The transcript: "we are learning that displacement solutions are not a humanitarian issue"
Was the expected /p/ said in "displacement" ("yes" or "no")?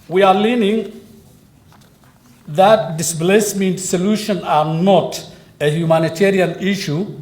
no